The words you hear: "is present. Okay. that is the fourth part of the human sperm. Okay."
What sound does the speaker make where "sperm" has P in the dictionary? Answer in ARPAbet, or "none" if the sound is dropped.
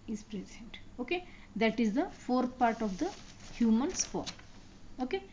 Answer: F